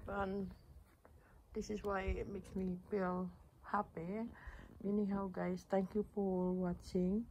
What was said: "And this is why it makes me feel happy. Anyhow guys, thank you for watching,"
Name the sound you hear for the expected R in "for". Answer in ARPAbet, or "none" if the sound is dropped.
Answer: L